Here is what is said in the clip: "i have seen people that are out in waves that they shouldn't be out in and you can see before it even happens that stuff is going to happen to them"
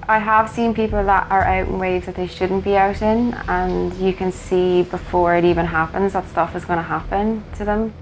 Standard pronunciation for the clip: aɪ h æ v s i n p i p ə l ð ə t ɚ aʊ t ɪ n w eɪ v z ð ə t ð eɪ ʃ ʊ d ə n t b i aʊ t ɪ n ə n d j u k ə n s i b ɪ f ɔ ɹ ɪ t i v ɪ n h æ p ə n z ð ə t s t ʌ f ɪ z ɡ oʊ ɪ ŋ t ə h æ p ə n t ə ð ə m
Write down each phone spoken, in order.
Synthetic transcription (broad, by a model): aɪ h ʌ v s i n p i p l ð ə t ɚ aʊ t ɪ n w eɪ z ð ə t ð eɪ ʃ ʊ d n b i aʊ t ɪ n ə n j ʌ k ə n s i b ɪ f ɔ ɹ ɪ t i v ɪ n h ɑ p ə n z ð ə t s t ʌ f ɪ z ɡ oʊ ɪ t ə h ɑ p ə n t ə ð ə m